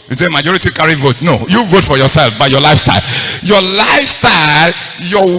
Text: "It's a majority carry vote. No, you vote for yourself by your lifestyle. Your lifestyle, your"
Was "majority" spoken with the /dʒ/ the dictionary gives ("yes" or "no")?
yes